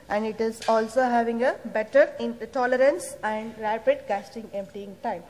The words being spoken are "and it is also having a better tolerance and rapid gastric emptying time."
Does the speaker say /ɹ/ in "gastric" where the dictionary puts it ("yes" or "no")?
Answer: no